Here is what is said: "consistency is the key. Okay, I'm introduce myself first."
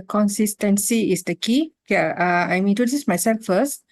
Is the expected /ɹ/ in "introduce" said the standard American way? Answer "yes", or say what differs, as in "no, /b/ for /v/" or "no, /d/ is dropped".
no, /ɹ/ is dropped